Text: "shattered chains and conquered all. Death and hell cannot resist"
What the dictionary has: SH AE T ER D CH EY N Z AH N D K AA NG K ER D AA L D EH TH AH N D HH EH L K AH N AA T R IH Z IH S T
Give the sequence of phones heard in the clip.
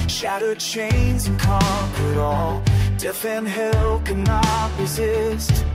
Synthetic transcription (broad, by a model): SH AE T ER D CH EY N Z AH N K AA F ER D AA L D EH F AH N HH EH L K AH N AA T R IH Z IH S T